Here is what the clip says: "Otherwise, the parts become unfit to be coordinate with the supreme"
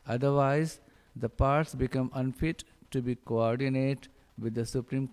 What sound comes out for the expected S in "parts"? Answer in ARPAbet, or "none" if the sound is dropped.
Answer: S